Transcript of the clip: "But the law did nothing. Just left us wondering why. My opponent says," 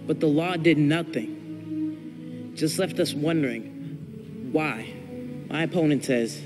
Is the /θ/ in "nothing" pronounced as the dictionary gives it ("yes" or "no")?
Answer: yes